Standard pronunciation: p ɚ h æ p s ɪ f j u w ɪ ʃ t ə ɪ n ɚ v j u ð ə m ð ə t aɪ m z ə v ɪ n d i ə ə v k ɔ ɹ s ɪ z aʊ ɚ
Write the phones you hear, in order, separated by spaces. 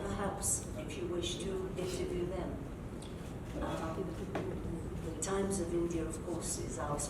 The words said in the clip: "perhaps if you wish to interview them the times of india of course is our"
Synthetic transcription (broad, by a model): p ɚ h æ p s ɪ f j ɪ w ɪ ʃ t ə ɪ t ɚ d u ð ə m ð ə t aɪ m z ə v ɪ n d i ə ə v k ɔ ɹ s ɪ z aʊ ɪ